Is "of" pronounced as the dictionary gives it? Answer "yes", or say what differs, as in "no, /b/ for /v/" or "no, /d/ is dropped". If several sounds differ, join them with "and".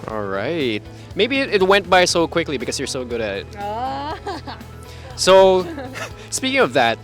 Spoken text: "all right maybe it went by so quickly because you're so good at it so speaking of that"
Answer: yes